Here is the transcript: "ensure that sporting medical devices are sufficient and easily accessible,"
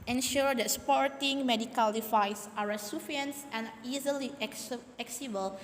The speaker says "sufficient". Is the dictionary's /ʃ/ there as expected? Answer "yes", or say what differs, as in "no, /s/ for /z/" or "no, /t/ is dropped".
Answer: no, /ʃ/ is dropped